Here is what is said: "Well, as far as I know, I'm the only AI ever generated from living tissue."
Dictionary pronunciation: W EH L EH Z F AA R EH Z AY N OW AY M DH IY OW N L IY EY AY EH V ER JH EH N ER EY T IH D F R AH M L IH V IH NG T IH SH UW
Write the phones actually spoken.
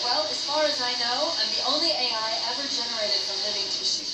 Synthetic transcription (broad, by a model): W EH L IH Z F AA R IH Z AY N OW AY M DH IY OW N L IY EY AY EH V ER JH EH N ER EY T IH D F R AH M L IH V IH NG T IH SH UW